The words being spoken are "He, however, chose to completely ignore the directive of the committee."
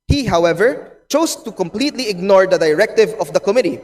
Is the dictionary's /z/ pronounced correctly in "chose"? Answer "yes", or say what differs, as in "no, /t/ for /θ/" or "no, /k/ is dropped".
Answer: no, /s/ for /z/